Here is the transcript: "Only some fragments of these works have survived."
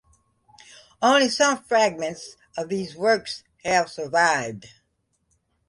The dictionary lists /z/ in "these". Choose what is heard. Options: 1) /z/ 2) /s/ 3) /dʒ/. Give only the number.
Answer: 1